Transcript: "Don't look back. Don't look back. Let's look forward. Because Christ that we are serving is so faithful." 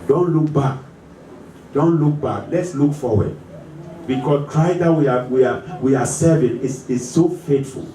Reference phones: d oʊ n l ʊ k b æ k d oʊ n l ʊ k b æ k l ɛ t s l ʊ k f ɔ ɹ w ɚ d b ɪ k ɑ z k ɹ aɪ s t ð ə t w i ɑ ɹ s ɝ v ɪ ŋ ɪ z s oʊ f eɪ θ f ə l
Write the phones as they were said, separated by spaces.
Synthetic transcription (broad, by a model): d oʊ n l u k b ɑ k d oʊ n l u k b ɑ k l ɛ t s l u k f ɔ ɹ w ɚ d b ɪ k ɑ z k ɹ aɪ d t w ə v w i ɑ w s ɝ v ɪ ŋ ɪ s s oʊ f eɪ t f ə l